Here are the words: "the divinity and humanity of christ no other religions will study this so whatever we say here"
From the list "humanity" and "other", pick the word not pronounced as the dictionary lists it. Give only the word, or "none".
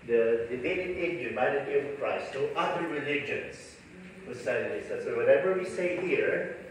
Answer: humanity